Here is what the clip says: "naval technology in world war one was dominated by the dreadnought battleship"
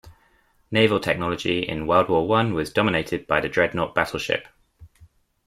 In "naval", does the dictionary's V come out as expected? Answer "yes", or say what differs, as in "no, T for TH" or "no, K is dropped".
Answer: yes